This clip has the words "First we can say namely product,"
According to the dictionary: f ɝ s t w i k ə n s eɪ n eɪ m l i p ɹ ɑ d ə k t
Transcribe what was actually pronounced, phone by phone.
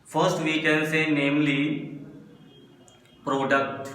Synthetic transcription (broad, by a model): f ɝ s t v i k ə n s eɪ n eɪ m l i p ɹ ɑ d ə k t